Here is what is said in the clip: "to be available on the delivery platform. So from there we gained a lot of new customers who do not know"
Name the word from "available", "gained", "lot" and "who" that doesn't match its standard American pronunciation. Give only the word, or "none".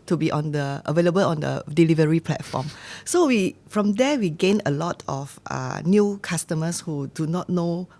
gained